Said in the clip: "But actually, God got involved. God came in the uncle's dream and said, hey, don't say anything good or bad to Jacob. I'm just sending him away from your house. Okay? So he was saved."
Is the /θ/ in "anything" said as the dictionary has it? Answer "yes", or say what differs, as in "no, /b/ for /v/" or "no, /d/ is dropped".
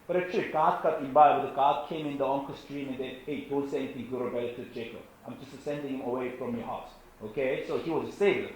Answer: no, /t/ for /θ/